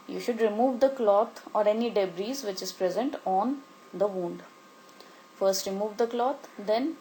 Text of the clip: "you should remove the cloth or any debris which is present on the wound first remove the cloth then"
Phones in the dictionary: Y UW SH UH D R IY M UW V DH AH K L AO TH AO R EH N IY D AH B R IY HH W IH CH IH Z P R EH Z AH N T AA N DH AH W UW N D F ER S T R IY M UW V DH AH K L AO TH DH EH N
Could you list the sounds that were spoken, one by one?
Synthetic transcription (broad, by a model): Y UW SH UH D R IY M UW V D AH K L AO T AO R EH N IY D AH B R IY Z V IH CH IH Z P R EH Z AH N T AA N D AH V UW N D F ER S T R IY M UW V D AH K L AO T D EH N